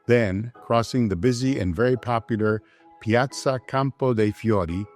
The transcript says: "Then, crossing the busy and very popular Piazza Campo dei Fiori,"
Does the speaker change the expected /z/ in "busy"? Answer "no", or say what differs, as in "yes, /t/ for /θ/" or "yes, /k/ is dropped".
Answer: no